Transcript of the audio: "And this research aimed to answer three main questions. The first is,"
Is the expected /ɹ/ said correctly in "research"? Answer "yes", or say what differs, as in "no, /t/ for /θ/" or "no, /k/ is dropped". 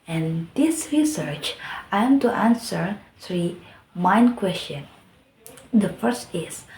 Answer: yes